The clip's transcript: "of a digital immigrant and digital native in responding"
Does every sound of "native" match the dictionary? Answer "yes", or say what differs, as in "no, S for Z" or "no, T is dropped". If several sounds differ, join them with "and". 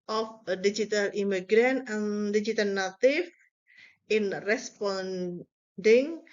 no, F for V